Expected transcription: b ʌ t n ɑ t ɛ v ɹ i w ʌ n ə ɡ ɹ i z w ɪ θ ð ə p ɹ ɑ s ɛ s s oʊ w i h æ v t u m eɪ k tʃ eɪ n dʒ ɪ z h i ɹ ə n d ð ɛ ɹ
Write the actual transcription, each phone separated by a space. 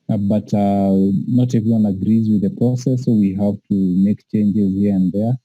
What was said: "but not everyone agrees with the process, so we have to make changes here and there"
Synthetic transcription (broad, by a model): b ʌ t n ɑ t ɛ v i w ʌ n ə ɡ ɹ i z w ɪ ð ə p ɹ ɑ s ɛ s s oʊ w i h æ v t u m eɪ k tʃ eɪ n dʒ ɪ z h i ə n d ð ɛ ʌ